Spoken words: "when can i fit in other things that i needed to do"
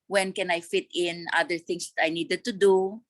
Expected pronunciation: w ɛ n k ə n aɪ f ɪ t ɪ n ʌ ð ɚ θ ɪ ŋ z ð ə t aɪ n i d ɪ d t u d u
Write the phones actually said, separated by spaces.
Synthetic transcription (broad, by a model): w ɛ n k ə n aɪ f ɪ t ɪ n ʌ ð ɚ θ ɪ ŋ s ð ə t aɪ n i d ɪ d t u d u